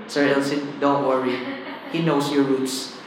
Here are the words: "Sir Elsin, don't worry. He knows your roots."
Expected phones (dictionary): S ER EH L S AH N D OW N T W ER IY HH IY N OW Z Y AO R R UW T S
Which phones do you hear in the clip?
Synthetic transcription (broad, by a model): S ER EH L S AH D OW N T W ER IY HH IY N OW S Y AO R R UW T S